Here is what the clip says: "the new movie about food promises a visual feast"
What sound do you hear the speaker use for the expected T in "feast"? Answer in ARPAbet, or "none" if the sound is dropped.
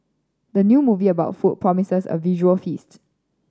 T